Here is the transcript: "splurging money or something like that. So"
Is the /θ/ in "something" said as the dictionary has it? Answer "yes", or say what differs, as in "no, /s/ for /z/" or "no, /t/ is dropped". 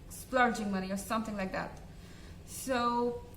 yes